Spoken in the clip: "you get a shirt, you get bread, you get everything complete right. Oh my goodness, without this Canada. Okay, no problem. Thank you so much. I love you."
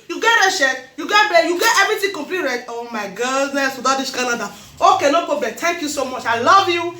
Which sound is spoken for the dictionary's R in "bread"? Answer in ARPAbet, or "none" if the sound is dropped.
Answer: none